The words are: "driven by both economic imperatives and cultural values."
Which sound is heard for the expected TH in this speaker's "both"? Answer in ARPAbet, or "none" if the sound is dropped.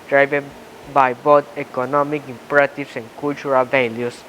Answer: T